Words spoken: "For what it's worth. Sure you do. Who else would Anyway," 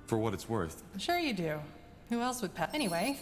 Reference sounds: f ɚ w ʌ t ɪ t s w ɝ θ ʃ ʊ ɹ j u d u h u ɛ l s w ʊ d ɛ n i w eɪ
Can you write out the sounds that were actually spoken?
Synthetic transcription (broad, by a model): f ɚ w ʌ t ɪ t s w ɝ θ ʃ ʊ ɹ j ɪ d u h u ɛ l s w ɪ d ɛ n i w eɪ